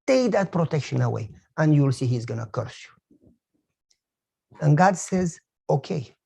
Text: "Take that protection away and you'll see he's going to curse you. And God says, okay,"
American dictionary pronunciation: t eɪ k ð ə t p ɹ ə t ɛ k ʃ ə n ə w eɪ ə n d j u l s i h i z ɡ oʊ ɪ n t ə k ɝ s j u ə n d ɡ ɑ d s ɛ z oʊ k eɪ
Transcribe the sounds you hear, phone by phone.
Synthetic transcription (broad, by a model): t eɪ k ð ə t p ɹ ə t ɛ k ʃ ə n ə w eɪ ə n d j u l s i h i z ɡ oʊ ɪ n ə k ɝ s j u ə n ɡ ɑ d s ɛ z oʊ k eɪ